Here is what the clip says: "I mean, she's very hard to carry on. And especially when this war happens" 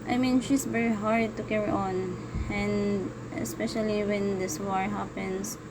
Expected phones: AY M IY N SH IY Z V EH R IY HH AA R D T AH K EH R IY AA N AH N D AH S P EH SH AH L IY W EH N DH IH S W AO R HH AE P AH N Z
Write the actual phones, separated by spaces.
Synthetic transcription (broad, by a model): AY M IY N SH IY S V EH R IY HH AA R D T AH K EH R IY AA N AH N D AH S P EH SH AH L IY W EH N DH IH S W AO R HH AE P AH N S